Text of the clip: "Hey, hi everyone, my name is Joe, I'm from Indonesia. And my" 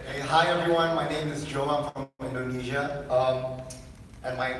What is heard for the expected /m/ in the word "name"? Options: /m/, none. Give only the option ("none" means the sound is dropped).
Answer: /m/